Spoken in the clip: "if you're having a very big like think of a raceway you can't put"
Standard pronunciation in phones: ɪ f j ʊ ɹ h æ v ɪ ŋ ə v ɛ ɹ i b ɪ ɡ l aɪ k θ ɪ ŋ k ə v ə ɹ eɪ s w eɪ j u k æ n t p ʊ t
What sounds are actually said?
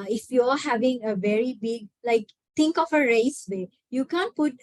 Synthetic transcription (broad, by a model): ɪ f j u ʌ h æ v ɪ ŋ ə v ɛ ɹ i b ɪ ɡ l aɪ k t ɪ ŋ k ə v ə ɹ eɪ s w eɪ j u k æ n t p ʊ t